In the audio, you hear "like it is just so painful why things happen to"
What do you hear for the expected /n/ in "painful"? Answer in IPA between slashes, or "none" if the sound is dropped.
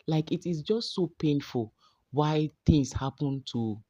/n/